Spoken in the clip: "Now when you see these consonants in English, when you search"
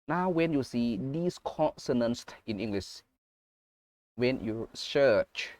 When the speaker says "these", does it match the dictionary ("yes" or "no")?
no